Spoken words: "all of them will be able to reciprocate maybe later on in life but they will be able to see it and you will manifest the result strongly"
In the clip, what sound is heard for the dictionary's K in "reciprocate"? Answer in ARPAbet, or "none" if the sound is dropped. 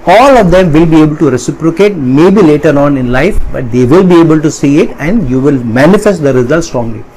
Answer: K